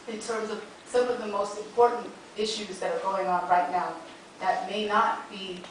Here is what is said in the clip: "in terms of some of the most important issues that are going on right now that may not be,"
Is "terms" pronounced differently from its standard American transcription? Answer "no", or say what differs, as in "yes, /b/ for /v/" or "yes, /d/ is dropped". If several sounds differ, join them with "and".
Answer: no